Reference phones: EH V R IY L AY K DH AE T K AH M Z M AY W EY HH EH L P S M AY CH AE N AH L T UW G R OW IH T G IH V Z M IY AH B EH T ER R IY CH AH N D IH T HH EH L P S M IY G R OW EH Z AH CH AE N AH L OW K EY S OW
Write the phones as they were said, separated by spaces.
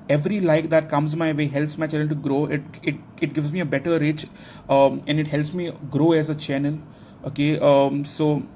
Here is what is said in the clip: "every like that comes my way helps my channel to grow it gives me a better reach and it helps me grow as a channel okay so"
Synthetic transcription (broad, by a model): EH V R IY L AY K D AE T K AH M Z M AY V EY HH EH L P S M AY CH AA AH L T UW G R OW IH T G IH V Z M IY AH B EH T ER R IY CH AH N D IH T HH EH L P S M IY G R OW EH Z AH CH AE N AH L OW K EY S OW